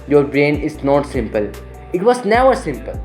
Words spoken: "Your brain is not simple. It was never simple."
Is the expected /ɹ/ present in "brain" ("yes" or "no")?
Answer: yes